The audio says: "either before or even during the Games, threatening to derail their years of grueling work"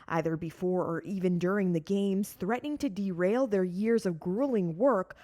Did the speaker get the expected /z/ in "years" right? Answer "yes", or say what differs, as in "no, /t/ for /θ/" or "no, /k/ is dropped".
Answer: yes